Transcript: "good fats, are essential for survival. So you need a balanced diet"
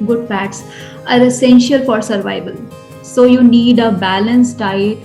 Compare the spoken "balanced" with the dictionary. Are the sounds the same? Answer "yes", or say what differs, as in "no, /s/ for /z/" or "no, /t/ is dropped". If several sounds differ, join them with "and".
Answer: yes